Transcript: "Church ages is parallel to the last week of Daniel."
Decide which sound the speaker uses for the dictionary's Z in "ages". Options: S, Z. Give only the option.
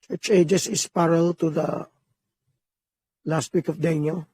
S